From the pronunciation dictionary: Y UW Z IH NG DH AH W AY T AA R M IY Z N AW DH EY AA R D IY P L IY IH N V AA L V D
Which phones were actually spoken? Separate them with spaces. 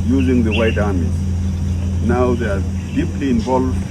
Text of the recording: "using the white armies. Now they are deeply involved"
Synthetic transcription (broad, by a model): Y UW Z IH NG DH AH W AY T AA R M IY N AW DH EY AA R D IY P L IY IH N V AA L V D